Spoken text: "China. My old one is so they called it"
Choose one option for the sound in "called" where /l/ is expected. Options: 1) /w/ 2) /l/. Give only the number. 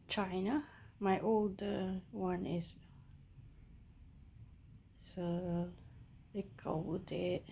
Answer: 1